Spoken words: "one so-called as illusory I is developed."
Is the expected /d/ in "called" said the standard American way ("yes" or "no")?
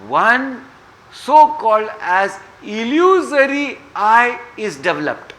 yes